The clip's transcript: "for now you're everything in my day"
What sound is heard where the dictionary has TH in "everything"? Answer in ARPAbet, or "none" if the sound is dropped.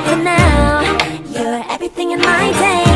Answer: TH